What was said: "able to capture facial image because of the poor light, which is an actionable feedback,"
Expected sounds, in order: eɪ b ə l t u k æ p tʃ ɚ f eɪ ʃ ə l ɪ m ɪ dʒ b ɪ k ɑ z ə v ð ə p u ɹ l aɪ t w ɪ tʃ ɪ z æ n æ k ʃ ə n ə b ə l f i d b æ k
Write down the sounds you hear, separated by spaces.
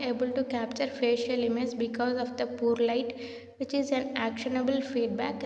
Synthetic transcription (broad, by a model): eɪ b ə l t u k æ p tʃ ɚ f eɪ ʃ ə l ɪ m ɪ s b ɪ k ɑ z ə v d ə p u ɹ l aɪ t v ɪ tʃ ɪ z æ n æ k ʃ ə n ə b ə l f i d b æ k